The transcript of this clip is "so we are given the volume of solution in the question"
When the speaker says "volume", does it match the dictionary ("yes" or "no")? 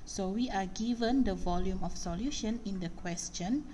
yes